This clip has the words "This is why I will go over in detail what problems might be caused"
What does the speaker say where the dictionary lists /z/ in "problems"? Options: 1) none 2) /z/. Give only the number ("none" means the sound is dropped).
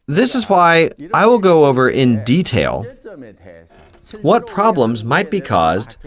2